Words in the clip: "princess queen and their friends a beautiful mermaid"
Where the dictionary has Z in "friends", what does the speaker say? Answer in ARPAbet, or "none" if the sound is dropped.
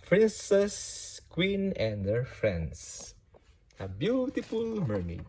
S